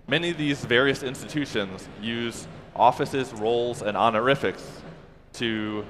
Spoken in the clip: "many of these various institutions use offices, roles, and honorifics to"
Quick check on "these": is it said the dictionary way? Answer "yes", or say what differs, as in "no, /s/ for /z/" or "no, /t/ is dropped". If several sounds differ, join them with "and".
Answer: yes